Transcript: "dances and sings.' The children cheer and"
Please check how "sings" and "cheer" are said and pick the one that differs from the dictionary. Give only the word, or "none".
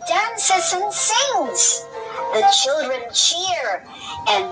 none